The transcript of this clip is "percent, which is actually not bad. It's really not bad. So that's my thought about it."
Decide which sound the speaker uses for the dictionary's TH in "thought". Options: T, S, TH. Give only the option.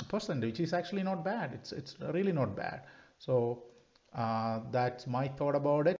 T